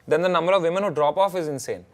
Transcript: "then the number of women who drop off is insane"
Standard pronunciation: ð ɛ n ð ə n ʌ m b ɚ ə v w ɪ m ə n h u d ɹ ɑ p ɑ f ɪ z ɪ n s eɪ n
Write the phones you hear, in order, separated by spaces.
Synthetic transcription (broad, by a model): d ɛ n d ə n ʌ m b ɚ ə v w ɪ m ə n h u d ɹ ɑ p ɑ f ɪ z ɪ n s eɪ n